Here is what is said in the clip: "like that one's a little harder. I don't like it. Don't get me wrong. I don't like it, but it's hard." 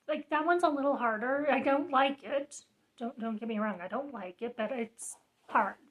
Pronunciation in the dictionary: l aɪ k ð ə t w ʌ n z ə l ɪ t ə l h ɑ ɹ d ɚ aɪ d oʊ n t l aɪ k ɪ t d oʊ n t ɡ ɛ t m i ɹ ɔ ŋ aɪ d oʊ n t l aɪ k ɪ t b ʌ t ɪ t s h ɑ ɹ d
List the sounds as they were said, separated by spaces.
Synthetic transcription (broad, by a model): l aɪ k ð ə t w ʌ n z ə l ɪ t l h ɑ ɹ d ɚ aɪ d oʊ n t l aɪ k ɪ t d oʊ n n ɡ ɛ t m i ɹ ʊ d aɪ d oʊ n t l aɪ k ɪ t b ʌ t ɪ t s h ɑ ɹ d